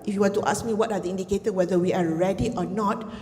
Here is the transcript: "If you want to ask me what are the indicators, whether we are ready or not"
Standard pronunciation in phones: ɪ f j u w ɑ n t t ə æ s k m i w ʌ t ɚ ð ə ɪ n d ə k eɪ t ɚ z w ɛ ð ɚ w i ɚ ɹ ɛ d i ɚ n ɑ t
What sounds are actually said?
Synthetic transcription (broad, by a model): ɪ f j u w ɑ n t t ə s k m i w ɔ t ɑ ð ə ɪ n d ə k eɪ t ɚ w ɛ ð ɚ w i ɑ ɹ ɛ d i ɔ n ɑ t